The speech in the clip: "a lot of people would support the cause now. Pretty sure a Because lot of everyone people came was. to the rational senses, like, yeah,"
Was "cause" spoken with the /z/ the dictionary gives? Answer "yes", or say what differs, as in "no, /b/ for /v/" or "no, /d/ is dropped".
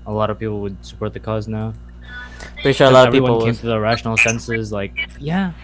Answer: yes